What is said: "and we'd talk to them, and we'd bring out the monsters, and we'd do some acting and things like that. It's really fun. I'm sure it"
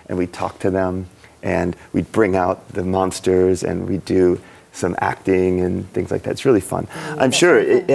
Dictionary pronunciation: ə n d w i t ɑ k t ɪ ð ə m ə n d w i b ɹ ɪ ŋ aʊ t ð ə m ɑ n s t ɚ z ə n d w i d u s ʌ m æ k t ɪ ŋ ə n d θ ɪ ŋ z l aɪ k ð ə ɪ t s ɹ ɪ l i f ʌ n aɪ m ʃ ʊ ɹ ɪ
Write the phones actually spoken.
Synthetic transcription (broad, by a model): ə n w i t ɑ k t ɪ ð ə m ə n w i b ɹ ɪ ŋ aʊ t ð ə m ɑ n s t ɚ z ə n w i d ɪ s ʌ m æ k t ɪ ŋ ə n θ ɪ ŋ z l aɪ k ð ə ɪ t s ɹ ɪ l i f ʌ n aɪ m ʃ ʊ ɹ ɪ